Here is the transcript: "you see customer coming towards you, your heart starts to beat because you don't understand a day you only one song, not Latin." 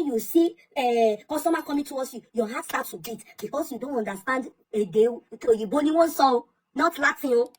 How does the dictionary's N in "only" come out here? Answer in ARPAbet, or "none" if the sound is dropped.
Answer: none